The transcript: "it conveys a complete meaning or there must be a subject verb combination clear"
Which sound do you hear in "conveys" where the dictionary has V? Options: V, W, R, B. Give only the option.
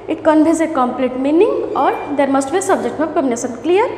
B